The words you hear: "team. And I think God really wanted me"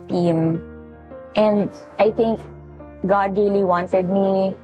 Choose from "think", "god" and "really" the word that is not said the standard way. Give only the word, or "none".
think